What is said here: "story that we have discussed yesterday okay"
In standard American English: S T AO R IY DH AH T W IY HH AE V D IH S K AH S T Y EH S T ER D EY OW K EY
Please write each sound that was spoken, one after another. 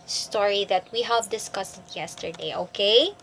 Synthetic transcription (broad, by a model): S T AO R IY DH AH T W IY HH AE V D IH S K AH S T Y EH S T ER D EY OW K EY